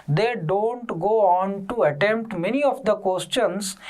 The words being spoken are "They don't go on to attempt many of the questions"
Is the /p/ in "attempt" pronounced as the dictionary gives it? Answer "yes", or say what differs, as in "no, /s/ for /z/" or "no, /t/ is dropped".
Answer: yes